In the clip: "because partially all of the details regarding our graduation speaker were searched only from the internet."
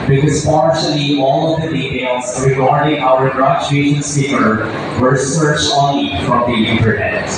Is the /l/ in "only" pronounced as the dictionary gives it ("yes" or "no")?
no